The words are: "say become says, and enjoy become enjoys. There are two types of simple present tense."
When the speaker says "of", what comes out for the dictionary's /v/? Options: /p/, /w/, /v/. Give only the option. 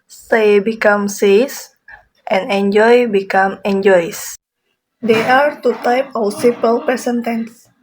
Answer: /w/